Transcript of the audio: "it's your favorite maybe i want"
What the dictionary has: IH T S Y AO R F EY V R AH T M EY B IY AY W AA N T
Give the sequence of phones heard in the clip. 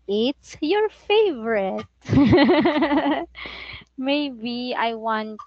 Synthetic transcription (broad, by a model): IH T S Y AO R F EY V R AH T M EY B IY AY W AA N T